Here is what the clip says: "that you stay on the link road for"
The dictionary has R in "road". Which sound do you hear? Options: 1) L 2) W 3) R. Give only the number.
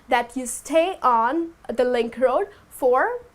3